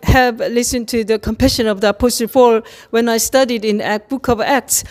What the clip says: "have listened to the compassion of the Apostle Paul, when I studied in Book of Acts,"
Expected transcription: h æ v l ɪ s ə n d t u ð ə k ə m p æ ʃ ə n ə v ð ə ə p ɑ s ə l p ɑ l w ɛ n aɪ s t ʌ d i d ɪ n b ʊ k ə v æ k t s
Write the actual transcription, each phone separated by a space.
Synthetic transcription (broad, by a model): h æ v l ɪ s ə n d t u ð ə k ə m p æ ʃ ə n ə v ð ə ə p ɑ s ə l f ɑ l w ɛ n aɪ s t ʌ d i d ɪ n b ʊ k ə v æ k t s